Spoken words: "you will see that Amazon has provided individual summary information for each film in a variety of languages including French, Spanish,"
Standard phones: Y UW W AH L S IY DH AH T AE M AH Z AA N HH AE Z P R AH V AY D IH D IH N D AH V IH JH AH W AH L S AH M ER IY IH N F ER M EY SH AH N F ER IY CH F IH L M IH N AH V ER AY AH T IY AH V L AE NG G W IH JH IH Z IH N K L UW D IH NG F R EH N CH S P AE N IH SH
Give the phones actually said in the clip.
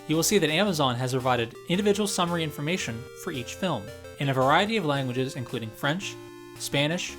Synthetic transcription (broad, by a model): Y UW W AH L S IY DH AH T AE M AH Z AA N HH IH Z P R AH V AY D IH D IH N D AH V IH JH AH W L S AH M ER IY IH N F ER M EY SH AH N F ER IY CH F IH L M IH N AH V ER AY AH T IY AH V L AE NG G W IH JH IH Z IH N K L UW D IH NG F R EH N CH S P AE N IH SH